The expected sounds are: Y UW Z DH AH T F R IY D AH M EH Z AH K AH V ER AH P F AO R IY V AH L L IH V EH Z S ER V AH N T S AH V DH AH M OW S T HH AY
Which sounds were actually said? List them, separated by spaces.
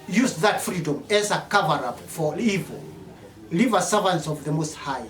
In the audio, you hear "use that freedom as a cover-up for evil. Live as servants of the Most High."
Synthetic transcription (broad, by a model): Y UW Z DH AH T F R IY D AH M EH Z AH K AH V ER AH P F AO R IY V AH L L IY V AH S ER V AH N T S AH V DH AH M OW S T HH AY